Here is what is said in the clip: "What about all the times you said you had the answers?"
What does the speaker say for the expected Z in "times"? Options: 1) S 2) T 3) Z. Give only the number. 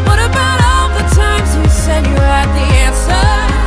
3